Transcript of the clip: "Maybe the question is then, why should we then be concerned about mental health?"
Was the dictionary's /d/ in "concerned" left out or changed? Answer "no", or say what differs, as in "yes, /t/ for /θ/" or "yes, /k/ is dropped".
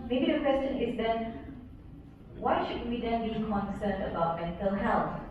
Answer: yes, /d/ is dropped